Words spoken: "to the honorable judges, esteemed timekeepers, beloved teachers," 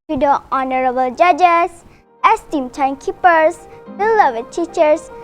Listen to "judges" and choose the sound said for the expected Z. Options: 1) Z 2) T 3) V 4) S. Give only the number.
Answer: 4